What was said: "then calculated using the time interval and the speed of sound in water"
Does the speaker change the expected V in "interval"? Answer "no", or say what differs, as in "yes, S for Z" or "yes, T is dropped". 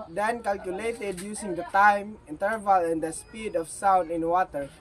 no